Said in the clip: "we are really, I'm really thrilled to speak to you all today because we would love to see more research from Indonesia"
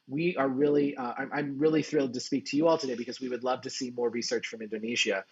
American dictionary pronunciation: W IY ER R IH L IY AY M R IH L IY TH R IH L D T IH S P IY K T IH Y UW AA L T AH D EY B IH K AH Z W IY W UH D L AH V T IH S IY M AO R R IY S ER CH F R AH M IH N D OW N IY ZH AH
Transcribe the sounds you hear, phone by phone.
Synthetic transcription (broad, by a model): W IY ER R IH L IY AY M R IH L IY TH R IH L D T IH S P IY K T IH Y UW AA L T AH D EY B IH K AH Z W IY W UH D L AH V T IH S IY M AO R R IY S ER CH F R AH M IH N D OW N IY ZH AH